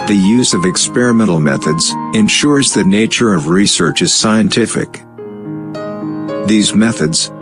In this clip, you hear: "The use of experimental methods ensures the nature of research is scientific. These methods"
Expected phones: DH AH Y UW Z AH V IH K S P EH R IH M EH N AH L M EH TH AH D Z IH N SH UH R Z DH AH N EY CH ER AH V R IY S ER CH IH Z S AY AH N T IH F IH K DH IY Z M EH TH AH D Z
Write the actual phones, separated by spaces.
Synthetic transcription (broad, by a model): DH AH Y UW Z AH V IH K S P EH R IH M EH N L M EH TH AH D Z IH N SH UH R Z DH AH N EY CH ER AH V R IY S ER CH IH Z S AY AH N T IH F IH K DH IY Z M EH TH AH D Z